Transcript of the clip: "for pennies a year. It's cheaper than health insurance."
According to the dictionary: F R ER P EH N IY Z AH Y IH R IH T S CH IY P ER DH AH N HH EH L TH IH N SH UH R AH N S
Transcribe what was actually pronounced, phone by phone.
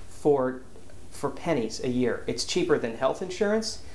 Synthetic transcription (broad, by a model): F R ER P EH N IY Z AH Y IH R IH T S CH IY P ER DH AH N HH EH L TH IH N SH UH R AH N S